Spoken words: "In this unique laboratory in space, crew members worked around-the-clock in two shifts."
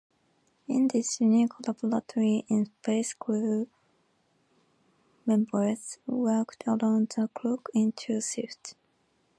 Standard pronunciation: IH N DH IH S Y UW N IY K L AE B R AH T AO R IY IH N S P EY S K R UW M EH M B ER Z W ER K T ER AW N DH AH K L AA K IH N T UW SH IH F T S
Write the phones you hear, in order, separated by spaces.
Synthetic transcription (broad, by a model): IH N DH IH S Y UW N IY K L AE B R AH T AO R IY IH N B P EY S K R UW M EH M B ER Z W ER K T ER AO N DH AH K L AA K IH N T UW S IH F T